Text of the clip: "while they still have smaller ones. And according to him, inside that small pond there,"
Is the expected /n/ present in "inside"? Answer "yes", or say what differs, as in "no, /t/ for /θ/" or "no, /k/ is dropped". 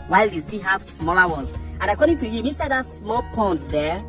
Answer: no, /n/ is dropped